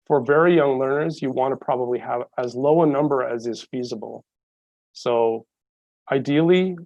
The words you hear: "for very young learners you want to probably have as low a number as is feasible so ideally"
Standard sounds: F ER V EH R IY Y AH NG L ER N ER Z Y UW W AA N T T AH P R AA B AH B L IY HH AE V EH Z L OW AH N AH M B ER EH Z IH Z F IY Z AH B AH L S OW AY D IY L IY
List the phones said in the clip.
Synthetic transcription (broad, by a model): F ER V EH R IY Y AH NG L ER N ER Z Y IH W AA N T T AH P R AA B AH B L IY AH V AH Z L OW AH N AH M B ER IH Z IH Z F IY Z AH B L S OW AY D IY L IY